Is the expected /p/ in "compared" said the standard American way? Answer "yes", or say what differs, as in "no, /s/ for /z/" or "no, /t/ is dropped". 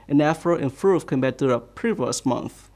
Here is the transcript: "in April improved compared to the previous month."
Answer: no, /b/ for /p/